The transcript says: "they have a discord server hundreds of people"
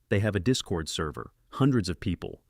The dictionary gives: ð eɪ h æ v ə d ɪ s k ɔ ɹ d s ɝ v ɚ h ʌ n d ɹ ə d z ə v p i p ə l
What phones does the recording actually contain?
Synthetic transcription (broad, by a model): ð eɪ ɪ v ə d ɪ s k ɔ ɹ d s ɝ v ɚ h ʌ n d ɹ ə d z ə v p i p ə l